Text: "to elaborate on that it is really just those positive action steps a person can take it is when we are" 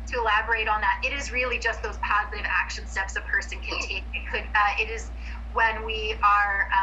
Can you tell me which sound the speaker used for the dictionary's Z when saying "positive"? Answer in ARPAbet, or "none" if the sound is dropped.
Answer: Z